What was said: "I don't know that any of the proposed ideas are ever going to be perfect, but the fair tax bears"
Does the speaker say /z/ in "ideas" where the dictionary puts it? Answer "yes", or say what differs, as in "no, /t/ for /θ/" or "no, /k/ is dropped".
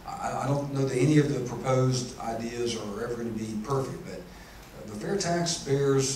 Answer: yes